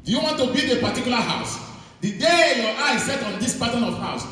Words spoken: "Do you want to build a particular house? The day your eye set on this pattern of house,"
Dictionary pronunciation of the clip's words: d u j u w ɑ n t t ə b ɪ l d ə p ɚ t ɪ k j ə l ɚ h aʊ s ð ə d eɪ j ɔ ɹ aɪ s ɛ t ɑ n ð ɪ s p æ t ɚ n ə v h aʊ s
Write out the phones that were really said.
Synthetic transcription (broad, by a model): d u j u w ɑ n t t ə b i d ə p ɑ t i k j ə l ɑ h aʊ s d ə d eɪ j ɔ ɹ aɪ s ɛ t ɑ n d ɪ s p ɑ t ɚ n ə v h aʊ s